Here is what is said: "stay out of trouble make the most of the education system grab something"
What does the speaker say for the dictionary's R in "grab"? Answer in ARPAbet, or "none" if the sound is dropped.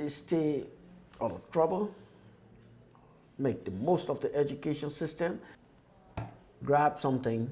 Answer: R